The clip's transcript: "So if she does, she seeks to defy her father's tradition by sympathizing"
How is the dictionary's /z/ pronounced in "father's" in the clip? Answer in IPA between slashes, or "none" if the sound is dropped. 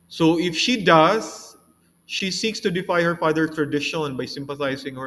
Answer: none